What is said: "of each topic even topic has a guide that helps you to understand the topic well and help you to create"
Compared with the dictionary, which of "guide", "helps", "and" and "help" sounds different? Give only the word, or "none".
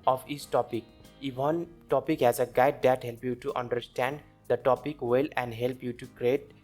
helps